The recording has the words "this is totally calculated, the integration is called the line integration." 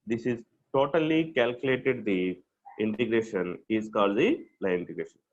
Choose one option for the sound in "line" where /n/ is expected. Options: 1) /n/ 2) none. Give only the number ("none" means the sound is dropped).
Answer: 2